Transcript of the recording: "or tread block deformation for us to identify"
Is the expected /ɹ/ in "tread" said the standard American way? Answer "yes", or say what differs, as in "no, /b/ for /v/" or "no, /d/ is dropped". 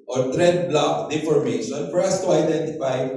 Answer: yes